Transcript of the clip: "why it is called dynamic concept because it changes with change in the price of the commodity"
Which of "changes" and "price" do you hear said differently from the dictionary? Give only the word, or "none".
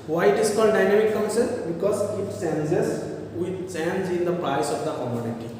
changes